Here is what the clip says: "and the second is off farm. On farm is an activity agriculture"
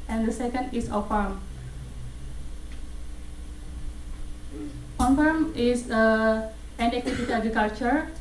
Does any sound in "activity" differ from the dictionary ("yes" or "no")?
yes